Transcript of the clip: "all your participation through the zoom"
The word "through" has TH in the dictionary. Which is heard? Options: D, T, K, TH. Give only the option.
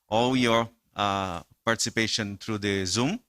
T